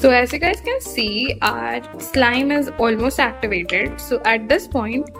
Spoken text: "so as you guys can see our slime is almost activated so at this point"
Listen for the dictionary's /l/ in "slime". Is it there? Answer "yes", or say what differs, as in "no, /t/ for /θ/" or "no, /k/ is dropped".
yes